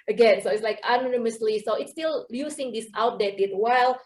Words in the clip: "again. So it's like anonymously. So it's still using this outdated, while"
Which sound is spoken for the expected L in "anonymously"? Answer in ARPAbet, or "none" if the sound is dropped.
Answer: L